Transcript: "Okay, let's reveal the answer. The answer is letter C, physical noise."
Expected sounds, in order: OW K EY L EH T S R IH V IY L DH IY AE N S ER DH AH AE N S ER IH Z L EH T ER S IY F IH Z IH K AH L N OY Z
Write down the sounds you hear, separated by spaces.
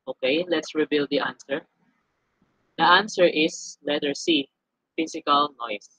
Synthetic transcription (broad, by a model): OW K EY L EH T S R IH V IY L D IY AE N S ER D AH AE N S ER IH S L EH T ER S IY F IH S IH K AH L N OY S